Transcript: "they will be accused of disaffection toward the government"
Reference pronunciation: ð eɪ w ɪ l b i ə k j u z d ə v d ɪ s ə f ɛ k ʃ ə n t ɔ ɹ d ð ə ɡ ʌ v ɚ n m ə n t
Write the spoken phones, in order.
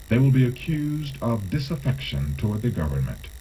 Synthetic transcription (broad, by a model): ð eɪ w ɪ l b i ə k j u z d ə v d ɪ s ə f ɛ k ʃ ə n t ɔ ɹ d ð ə ɡ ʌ v ɚ n m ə n t